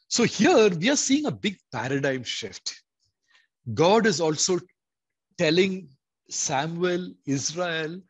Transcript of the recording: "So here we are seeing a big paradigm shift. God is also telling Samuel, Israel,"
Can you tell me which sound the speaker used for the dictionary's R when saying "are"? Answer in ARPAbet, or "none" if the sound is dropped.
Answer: R